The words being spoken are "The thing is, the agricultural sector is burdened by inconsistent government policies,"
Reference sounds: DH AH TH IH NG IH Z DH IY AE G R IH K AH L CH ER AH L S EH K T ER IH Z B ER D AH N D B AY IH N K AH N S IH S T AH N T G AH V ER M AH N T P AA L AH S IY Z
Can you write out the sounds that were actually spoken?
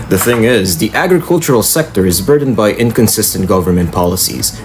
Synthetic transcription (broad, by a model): DH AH TH IH NG IH Z DH IY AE G R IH K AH L CH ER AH L S EH K T ER IH Z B ER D N B AY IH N K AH N S IH S T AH N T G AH V ER M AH N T P AA L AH S IY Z